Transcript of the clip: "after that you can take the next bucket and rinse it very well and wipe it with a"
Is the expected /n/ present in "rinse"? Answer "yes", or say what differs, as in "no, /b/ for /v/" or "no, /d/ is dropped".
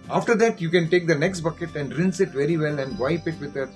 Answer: yes